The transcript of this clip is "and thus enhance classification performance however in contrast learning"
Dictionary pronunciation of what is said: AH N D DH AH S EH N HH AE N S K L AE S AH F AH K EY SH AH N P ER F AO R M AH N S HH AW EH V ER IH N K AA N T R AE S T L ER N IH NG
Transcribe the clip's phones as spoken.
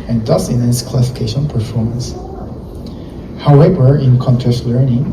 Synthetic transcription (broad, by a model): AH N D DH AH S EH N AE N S K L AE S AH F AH K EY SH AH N P ER F AO R M AH N S HH AW EH V ER IH N K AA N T AE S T L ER N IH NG